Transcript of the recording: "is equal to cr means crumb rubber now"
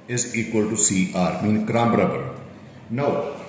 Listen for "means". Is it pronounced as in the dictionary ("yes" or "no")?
no